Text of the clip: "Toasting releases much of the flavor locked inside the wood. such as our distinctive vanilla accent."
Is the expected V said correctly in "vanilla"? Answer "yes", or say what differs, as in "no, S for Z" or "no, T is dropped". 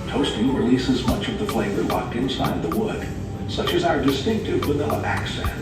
no, W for V